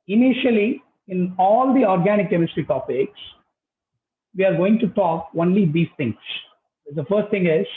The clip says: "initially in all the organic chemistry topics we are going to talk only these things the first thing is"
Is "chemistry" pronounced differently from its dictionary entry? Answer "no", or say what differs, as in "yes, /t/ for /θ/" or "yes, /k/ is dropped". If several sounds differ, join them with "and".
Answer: no